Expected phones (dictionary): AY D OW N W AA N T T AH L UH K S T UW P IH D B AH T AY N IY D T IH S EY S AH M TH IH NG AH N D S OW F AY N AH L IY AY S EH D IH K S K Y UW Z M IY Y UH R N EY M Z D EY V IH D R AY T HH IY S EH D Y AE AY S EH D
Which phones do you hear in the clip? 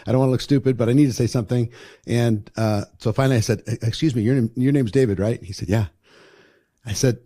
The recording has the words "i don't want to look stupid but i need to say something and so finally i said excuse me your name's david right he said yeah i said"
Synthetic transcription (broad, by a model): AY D OW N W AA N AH L UH K S T UW P IH D B AH T AY N IY D T IH S EY S AH M TH IH NG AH N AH S OW F AY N L IY AY S EH D IH K S K Y UW Z M IY Y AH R N EY M Z D EY V IH D R AY T HH IY S EH D Y AE AY S EH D